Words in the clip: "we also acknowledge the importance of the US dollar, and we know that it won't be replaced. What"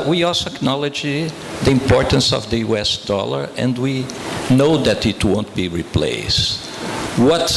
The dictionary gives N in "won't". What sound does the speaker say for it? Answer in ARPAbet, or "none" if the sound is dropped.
N